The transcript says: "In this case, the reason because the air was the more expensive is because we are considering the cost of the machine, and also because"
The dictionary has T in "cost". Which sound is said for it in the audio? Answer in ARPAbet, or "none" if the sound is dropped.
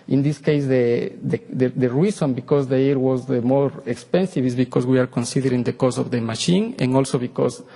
none